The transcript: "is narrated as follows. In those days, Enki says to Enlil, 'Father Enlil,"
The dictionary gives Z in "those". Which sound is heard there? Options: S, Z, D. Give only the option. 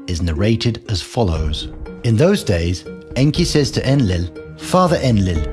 Z